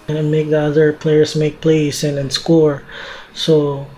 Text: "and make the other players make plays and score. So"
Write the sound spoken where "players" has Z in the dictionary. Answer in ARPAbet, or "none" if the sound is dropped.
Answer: S